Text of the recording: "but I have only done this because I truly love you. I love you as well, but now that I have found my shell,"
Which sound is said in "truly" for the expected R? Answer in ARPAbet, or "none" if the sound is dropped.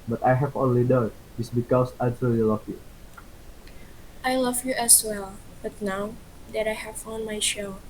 none